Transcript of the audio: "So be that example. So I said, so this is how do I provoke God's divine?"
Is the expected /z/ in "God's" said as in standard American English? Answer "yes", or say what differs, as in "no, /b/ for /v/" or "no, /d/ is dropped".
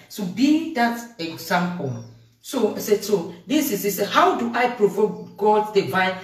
no, /z/ is dropped